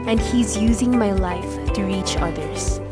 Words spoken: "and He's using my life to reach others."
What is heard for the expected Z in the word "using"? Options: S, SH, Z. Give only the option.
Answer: Z